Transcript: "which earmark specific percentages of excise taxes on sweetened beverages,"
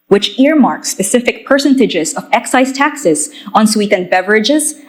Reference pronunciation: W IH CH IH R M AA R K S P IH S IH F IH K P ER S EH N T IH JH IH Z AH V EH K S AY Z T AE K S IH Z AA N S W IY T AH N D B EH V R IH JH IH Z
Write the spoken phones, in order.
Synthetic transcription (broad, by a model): W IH CH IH R M AA R K S P IH S IH F IH K P ER S EH N T IH JH IH Z AH V EH K S AY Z T AE K S IH Z AA N S W IY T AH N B EH V R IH JH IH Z